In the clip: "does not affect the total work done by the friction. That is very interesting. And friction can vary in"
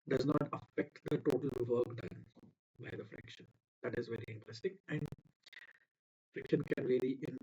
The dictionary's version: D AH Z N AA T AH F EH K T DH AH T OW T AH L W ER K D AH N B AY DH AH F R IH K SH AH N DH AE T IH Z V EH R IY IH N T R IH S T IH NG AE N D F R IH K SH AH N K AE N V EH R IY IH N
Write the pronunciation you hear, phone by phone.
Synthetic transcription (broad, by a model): D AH Z N AA T AH F EH K T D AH T OW T AH L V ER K D AH N B AY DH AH F R IH K SH AH N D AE T IH Z V EH R IY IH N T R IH S T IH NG AE N D F R IH K SH AH N K AE N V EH L IY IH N